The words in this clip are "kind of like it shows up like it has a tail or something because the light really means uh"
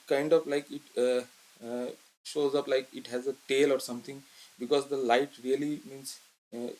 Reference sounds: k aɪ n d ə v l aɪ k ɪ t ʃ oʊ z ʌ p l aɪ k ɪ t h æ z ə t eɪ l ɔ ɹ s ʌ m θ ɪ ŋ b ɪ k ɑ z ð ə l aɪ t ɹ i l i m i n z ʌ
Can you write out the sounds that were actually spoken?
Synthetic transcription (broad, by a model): k aɪ n d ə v l aɪ k ɪ t ʃ oʊ z ʌ p l aɪ k ɪ t h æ z ə t eɪ l ɔ ɹ s ʌ m t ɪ ŋ b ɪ k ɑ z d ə l aɪ t ɹ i l i m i n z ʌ